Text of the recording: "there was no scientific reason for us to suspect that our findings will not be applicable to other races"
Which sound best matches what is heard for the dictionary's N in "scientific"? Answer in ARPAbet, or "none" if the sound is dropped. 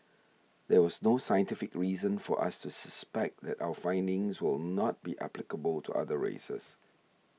N